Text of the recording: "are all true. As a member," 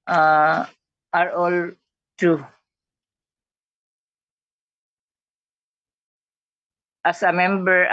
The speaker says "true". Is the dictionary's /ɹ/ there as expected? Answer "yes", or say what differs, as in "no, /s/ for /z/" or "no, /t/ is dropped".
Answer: no, /ɹ/ is dropped